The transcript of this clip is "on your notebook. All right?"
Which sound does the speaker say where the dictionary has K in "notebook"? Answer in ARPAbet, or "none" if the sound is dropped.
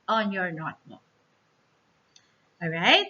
none